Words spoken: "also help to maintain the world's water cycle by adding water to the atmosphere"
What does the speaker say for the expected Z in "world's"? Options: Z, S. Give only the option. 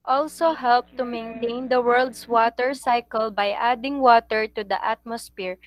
S